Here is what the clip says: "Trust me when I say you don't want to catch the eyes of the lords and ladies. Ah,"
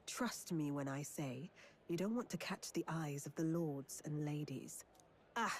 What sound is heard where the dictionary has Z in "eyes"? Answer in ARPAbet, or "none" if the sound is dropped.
Z